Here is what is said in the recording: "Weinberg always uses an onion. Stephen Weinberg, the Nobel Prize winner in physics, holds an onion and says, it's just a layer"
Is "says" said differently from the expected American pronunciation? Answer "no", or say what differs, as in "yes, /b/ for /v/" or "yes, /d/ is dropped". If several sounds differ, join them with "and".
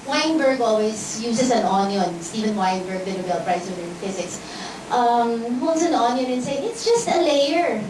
yes, /z/ is dropped